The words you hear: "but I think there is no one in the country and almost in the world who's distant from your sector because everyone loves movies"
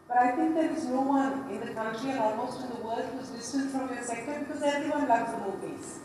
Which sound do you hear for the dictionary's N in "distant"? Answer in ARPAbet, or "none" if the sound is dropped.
L